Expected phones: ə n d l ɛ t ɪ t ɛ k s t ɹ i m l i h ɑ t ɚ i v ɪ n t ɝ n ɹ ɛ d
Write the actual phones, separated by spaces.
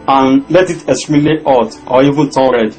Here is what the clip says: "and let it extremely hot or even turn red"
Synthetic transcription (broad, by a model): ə n l ɛ t ɪ t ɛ s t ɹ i l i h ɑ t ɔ i v ɪ n t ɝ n ɹ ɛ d